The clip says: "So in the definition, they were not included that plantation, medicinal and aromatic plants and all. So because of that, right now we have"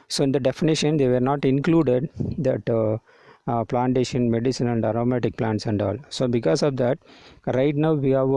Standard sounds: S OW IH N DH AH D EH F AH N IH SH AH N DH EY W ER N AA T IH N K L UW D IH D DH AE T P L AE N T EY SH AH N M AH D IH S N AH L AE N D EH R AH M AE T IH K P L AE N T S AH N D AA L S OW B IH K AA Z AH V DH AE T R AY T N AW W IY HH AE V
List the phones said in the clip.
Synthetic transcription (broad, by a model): S OW IH N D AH D EH F AH N IH SH AH N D EY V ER N AA T IH N K L UW D IH D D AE T P L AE N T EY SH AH N M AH D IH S AH N AE N D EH R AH M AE T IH K P L AE N T S AH N D AA L S OW B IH K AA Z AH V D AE T R AY T N AW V IY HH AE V